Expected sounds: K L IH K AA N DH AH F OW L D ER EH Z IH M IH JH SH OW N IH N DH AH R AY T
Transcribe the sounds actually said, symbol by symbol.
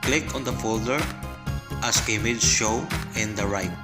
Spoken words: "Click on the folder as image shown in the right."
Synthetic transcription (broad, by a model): K L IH K AA N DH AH F OW L D ER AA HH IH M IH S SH OW IH N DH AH R AY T